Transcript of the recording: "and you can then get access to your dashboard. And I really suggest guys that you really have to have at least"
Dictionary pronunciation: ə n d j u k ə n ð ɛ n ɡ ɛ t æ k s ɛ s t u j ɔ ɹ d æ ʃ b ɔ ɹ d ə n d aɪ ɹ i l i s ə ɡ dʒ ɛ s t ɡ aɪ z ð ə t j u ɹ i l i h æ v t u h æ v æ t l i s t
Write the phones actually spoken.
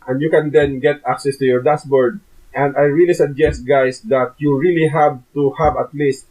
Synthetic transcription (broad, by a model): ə n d j u k ə n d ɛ n ɡ ɛ t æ k s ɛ s t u j ɔ ɹ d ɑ s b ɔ ɹ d ə n d aɪ ɹ i l i s ə ɡ dʒ ɛ s t ɡ aɪ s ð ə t j u ɹ i l i h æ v t u h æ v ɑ t l i s t